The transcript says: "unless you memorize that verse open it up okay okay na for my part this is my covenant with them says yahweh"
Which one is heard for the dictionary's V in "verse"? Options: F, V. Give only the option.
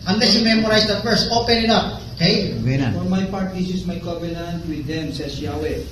F